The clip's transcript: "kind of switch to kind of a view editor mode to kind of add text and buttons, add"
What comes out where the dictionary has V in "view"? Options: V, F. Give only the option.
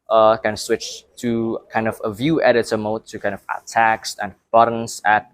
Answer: V